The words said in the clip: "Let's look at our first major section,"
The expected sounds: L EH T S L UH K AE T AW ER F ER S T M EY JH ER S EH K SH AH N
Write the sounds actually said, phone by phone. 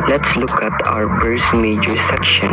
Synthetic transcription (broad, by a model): L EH T S L UH K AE T AW ER P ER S M EY JH ER S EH K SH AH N